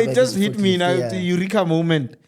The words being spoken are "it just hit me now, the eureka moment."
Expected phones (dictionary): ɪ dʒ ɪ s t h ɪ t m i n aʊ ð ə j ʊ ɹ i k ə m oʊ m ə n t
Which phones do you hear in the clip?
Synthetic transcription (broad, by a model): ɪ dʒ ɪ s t h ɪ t m i n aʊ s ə j ʊ ɹ i k ə m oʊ m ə n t